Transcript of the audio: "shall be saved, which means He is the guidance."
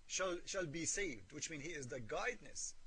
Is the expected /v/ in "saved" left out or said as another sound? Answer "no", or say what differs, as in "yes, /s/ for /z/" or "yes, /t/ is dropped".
no